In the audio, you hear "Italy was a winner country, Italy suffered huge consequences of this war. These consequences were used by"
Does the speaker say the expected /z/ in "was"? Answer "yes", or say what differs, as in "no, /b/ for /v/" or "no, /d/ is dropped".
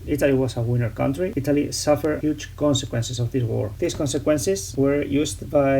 no, /s/ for /z/